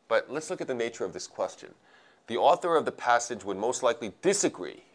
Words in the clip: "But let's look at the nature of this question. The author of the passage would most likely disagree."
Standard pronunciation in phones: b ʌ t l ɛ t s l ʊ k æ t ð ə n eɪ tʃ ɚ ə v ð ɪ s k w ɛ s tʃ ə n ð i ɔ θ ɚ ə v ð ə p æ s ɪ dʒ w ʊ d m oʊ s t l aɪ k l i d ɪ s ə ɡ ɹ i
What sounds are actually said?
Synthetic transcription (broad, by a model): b ʌ t l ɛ t s l ʊ k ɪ t ð ə n eɪ tʃ ɚ ə v ð ɪ s k w ɛ s tʃ ə n ð i ɔ θ ɚ ə v ð ə p æ s ɪ dʒ w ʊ d m oʊ s t l aɪ k l i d ɪ s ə ɡ ɹ i